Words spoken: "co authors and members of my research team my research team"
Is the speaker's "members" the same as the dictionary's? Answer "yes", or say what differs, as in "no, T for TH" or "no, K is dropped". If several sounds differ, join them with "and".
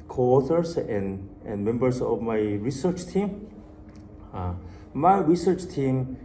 no, S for Z